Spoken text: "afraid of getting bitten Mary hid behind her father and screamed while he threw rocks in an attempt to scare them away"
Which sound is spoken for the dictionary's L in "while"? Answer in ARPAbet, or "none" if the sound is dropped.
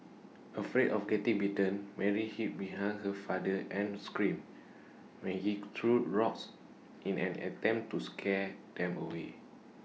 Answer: N